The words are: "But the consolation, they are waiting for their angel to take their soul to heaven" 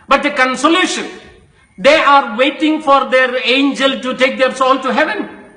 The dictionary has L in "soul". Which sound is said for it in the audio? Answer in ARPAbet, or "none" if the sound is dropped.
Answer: N